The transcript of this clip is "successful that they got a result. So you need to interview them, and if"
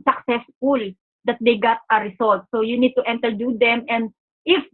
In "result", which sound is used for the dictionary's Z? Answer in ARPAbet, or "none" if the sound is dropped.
S